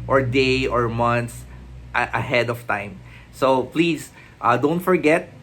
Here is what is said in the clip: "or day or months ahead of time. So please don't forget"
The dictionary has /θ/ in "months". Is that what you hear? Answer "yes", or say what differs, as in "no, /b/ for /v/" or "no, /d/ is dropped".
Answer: no, /t/ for /θ/